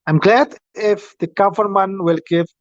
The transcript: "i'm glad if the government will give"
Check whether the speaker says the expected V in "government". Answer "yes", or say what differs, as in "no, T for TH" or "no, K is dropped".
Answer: no, F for V